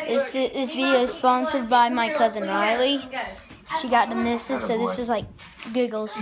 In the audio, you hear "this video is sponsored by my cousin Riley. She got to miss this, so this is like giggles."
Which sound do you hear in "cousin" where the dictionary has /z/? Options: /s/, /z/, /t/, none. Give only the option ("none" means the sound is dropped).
/z/